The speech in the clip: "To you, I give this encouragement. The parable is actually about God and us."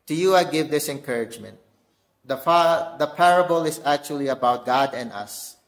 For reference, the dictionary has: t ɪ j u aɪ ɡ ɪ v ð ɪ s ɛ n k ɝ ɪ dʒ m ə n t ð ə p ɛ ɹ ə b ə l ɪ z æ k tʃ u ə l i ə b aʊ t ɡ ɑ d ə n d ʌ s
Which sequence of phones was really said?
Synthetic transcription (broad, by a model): t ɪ j u aɪ ɡ ɪ v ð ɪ s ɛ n k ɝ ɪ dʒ m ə n t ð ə p ɛ ɹ ə b ə l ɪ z æ k tʃ u ə l i ə b aʊ t ɡ ɑ d ə n d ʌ s